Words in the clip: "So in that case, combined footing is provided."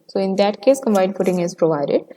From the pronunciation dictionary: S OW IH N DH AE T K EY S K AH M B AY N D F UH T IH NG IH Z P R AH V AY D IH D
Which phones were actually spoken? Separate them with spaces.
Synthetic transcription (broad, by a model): S OW IH N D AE T K EY S K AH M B AY D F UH T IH NG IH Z P R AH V AY D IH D